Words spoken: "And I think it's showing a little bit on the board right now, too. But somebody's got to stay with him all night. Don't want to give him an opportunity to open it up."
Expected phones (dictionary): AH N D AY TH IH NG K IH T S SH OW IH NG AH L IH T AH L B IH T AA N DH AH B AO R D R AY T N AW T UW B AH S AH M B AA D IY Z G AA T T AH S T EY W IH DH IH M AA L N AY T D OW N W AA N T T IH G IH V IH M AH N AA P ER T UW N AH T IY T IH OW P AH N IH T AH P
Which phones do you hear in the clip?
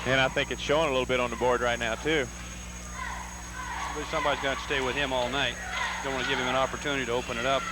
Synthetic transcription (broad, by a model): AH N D AY TH IH NG K IH T S SH OW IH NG AH L IH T L B IH T N DH AH B AO R D R AY T N AW T UW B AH S AH M B AA D IY Z G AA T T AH S T EY W IH DH IH M AA L N AY T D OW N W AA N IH G IH V IH M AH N AA P ER T UW N AH T IY T IH OW P AH N IH T AH P